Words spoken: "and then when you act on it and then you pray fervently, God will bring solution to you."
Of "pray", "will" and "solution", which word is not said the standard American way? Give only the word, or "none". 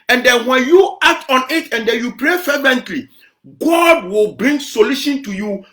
none